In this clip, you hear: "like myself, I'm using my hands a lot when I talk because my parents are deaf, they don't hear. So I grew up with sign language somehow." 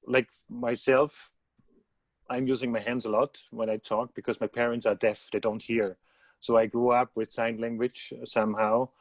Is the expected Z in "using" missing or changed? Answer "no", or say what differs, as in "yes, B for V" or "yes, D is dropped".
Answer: no